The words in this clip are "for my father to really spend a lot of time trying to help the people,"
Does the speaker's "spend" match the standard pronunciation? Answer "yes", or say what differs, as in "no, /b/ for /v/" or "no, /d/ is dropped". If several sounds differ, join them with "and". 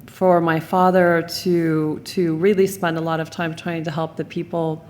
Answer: yes